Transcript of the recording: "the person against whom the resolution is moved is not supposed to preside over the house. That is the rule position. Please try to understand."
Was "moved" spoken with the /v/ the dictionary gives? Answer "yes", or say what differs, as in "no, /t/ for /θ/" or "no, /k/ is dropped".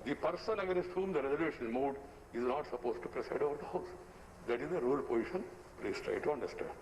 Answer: no, /v/ is dropped